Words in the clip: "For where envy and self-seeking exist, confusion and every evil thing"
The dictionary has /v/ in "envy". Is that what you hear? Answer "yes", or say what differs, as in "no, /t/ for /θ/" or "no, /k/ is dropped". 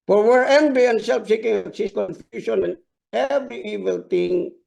no, /b/ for /v/